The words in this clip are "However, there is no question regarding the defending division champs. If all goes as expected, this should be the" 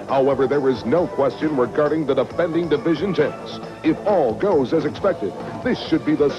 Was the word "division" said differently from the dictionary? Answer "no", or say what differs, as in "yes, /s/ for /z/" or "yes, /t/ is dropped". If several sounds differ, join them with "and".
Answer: no